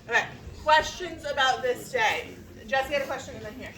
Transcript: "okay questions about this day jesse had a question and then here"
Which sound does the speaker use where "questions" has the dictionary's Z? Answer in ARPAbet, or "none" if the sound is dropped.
Z